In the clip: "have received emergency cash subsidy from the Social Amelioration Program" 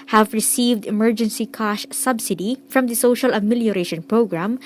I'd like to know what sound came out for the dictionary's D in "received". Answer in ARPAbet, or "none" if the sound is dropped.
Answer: D